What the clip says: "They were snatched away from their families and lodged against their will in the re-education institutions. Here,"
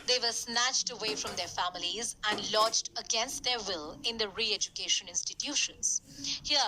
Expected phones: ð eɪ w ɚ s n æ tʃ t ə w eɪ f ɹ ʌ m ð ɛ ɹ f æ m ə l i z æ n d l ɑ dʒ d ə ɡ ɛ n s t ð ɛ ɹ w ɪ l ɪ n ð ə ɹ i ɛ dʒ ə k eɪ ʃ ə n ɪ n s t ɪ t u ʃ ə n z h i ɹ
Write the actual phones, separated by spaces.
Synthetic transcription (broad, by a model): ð eɪ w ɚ s n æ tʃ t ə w eɪ f ɹ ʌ m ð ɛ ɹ f æ m ə l i z æ n d l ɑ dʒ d ə ɡ ɛ n s t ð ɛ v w ɪ l ɪ n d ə ɹ i ɛ dʒ ə k eɪ ʃ ə n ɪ n s t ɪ t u ʃ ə n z h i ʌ